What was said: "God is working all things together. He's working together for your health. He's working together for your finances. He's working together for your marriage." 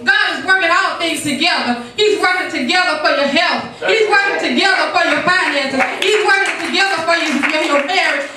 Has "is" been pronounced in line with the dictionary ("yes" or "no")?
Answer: yes